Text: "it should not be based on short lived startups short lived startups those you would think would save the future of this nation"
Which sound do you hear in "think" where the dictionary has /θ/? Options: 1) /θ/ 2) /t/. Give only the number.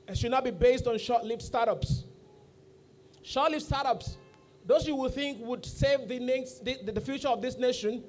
1